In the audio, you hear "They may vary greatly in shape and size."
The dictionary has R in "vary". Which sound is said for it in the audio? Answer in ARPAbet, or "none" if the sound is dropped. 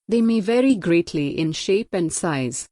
R